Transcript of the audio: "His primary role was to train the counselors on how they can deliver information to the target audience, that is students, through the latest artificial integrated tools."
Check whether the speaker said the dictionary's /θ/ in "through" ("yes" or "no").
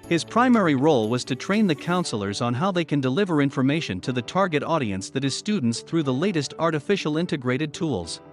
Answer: yes